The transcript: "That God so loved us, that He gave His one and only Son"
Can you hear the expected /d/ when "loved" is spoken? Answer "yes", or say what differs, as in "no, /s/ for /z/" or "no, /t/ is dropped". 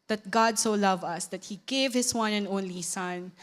no, /d/ is dropped